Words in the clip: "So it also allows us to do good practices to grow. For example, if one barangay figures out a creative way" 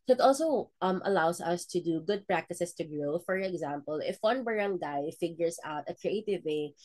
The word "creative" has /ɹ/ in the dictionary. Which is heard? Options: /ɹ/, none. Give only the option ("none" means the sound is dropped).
/ɹ/